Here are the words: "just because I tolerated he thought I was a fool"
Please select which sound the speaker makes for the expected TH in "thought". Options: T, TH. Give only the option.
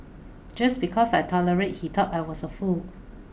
T